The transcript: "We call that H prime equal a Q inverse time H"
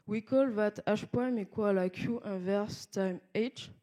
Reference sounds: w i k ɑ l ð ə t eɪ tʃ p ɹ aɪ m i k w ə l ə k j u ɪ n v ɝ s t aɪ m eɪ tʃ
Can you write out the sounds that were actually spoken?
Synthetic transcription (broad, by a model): w i k ɑ l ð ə t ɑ ʃ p aɪ m i k w ə l ə k j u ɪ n v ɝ s t aɪ m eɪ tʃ